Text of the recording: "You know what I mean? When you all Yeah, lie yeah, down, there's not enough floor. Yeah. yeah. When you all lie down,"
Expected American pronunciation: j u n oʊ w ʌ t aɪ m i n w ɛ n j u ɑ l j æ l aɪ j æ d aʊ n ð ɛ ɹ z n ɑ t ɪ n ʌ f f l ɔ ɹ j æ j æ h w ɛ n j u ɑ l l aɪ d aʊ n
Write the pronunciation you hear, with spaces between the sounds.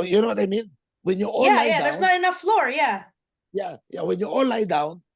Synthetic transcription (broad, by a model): j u n oʊ w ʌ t aɪ m i n w ɛ n j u ɑ l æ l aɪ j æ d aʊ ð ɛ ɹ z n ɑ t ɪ n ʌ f f l ɔ ɹ j æ j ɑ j w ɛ n j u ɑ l l aɪ d aʊ n